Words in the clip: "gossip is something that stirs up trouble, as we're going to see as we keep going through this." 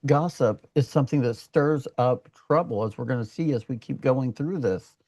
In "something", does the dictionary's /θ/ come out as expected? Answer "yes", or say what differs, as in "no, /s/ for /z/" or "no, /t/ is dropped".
yes